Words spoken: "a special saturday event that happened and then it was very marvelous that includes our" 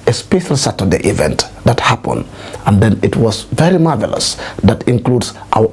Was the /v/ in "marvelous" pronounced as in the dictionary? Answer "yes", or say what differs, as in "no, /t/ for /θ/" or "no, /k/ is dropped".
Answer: yes